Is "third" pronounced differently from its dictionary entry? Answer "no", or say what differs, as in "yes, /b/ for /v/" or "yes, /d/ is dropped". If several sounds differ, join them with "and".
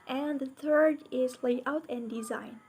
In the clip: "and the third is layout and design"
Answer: no